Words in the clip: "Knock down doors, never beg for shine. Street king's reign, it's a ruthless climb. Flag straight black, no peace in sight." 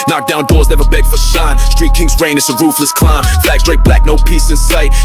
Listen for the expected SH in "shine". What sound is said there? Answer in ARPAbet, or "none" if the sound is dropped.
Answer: S